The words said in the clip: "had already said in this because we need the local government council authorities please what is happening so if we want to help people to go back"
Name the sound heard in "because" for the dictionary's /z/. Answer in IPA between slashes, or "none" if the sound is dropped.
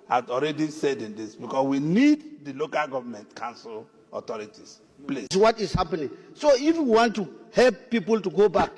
/s/